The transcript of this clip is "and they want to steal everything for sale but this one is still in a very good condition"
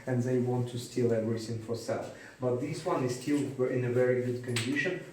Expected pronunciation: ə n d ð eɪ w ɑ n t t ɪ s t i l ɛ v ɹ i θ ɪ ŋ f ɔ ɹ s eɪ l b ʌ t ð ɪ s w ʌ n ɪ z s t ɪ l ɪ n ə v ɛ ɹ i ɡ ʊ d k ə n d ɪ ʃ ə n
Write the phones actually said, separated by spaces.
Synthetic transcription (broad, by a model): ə n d ð eɪ w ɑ n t t ɪ s t i l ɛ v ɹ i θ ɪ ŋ f ɔ ɹ s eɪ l b ʌ t ð ɪ s w ʌ n ɪ z s t ɪ l ɪ n ə v ɛ ɹ i ɡ ʊ d k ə n d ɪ ʃ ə n